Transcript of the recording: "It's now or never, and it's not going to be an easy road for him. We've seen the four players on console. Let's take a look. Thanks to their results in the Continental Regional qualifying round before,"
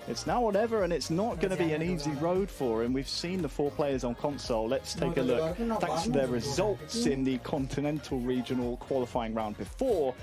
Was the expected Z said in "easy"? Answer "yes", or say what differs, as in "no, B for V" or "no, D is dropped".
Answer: yes